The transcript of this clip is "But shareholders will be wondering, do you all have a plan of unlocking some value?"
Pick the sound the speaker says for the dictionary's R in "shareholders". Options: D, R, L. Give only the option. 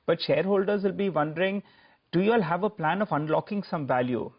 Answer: R